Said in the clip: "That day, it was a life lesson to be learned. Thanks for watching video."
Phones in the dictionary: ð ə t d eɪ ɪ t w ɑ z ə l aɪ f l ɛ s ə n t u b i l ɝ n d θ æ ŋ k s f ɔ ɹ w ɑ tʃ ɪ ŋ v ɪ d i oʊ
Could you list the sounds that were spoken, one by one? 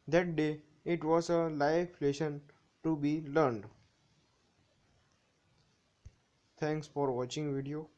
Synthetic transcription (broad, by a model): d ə t d eɪ ɪ t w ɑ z ə l aɪ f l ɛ ʃ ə n t u b i l ɝ n d t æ ŋ k s f ɔ ɹ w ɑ tʃ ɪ ŋ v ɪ d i oʊ